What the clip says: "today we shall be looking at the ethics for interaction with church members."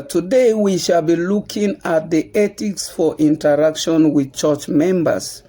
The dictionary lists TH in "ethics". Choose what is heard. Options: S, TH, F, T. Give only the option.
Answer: T